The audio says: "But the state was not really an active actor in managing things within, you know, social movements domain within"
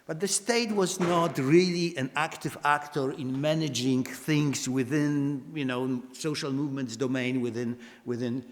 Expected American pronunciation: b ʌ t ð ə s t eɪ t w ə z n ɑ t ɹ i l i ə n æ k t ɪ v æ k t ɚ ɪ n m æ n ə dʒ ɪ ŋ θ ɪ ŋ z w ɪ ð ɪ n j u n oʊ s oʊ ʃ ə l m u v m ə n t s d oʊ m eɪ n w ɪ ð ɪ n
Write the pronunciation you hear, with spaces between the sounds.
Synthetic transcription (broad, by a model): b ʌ t ð ə s t eɪ t w ə z n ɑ t ɹ i l i ə n æ k t ɪ v æ k t ɚ ɪ n m æ n ə dʒ ɪ ŋ θ ɪ ŋ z w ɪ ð ɪ n j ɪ n oʊ s oʊ ʃ ə l m u v m ə n t s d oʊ m eɪ n w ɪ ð ɪ n